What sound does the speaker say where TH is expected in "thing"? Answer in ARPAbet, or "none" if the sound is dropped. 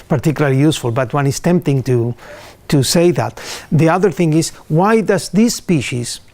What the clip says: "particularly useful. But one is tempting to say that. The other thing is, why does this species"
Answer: TH